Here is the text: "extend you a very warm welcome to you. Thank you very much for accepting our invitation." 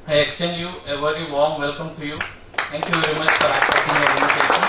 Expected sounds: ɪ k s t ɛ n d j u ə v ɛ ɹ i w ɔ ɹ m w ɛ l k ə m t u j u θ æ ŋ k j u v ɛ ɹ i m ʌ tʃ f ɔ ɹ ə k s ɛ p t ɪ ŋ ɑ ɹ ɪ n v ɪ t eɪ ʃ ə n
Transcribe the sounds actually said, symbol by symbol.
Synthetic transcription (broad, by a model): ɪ k s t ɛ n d j u ə v ɛ ɹ i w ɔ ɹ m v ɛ l k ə m t u j u t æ ŋ k j u v ɛ ɹ i m ʌ tʃ f ɔ ɹ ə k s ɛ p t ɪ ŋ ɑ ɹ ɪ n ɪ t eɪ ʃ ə n